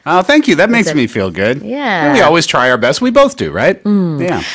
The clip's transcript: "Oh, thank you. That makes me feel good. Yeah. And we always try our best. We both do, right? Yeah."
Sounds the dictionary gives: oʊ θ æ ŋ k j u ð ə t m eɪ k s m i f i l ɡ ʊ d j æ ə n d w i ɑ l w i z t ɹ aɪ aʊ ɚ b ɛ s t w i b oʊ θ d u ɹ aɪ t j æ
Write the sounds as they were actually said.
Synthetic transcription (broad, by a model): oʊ θ æ ŋ k j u ð ə t m eɪ k s m i f i l ɡ ʊ d j æ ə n w i ɑ l w i z t ɹ aɪ aʊ ɚ b ɛ s t w i b oʊ θ d u ɹ aɪ t j æ